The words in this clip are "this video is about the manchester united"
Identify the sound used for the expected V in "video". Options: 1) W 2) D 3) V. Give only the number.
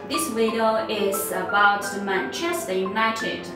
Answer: 1